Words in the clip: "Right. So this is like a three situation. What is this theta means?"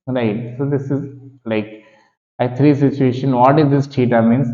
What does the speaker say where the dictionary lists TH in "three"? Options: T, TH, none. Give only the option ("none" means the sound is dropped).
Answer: T